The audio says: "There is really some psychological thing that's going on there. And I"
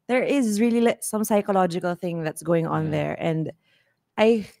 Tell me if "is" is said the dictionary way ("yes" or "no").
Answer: yes